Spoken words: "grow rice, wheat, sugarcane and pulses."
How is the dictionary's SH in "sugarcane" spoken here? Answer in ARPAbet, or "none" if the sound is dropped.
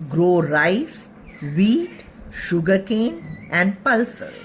SH